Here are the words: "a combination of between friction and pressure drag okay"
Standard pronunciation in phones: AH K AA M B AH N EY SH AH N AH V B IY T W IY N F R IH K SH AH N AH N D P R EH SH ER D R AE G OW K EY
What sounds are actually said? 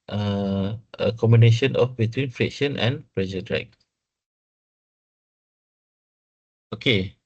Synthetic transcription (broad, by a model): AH K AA M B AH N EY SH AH N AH F B IY T W IY N F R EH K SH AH N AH N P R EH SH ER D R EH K OW K EY